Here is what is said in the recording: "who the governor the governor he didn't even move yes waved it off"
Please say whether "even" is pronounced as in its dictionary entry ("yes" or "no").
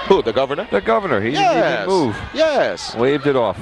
no